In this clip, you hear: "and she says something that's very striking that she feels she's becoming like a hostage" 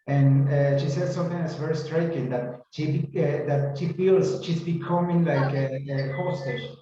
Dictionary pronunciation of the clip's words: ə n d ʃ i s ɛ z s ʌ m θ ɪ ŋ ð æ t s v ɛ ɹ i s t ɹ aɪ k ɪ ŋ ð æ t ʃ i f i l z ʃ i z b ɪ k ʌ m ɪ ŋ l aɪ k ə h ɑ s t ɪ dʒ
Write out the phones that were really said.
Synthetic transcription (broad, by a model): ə n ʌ ʃ i s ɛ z s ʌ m t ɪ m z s v ɛ ɹ i s t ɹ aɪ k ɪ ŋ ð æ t ʃ i f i l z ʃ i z b ɪ k ʌ m ɪ ŋ l aɪ k ə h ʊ s t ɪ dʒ